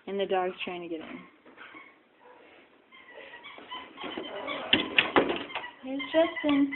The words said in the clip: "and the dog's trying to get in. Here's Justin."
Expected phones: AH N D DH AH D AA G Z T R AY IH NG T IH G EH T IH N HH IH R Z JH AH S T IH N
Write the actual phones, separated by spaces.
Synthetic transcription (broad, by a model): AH N DH AH D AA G T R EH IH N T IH G EH T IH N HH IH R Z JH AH S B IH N